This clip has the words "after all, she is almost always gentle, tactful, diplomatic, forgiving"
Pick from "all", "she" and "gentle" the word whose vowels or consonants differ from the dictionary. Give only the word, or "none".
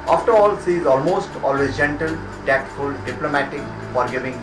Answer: she